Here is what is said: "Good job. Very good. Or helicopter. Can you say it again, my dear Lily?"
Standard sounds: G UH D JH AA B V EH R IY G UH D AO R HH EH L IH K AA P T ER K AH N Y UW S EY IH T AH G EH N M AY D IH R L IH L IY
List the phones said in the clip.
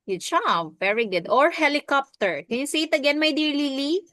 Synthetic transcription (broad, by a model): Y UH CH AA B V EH R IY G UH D AO R HH EH L IH K AA P T ER K AH N Y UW S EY IH T AH G EH N M AY D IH R L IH L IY